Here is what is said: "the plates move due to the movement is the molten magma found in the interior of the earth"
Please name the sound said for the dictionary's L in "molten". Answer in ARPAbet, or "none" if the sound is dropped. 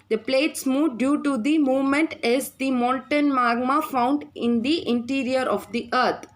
N